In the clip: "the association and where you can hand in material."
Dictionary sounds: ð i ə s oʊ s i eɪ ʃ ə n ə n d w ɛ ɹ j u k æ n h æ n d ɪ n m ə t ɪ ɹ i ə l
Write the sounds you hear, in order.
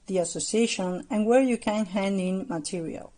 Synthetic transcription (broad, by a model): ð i ə s oʊ s i eɪ ʃ ə n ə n w ɛ ɹ j u k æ n h æ n d ɪ n m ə t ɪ ɹ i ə l